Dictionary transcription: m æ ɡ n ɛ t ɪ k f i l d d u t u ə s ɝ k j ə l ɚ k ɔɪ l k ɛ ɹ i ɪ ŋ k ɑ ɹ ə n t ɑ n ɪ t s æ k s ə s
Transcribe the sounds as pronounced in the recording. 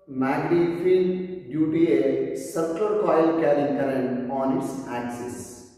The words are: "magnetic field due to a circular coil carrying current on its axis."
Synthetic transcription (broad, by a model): m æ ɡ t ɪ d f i n d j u t u ə s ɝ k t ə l k ɔɪ l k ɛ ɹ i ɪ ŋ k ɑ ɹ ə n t ɑ n ɪ t s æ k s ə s